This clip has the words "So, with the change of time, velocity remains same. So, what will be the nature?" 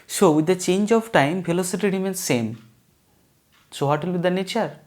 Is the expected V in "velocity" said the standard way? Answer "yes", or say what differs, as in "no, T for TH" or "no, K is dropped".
no, P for V